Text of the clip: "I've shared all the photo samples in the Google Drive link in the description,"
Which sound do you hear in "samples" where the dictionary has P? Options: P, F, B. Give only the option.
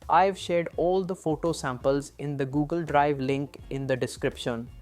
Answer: P